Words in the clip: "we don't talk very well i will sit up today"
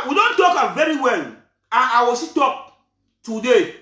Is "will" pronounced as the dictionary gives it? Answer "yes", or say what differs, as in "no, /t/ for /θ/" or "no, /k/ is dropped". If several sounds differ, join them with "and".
no, /w/ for /l/